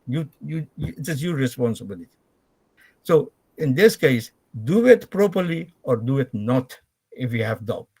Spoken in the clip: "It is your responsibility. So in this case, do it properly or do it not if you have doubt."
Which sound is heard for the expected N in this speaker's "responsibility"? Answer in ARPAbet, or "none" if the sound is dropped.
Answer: N